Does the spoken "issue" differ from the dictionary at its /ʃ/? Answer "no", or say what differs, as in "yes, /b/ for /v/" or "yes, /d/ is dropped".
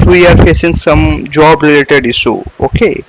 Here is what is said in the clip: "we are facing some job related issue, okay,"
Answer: yes, /s/ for /ʃ/